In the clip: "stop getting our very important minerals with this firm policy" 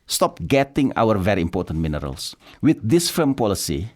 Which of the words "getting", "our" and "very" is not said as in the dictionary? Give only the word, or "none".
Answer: none